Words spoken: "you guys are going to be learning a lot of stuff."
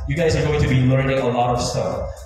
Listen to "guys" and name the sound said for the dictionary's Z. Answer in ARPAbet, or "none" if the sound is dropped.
Z